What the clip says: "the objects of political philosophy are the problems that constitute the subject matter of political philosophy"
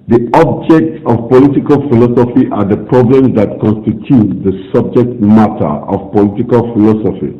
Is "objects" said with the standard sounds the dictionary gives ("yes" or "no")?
yes